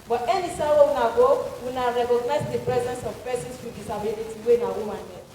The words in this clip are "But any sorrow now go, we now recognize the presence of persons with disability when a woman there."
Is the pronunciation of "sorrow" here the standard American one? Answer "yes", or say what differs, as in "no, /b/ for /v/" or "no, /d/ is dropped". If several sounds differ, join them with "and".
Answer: no, /w/ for /ɹ/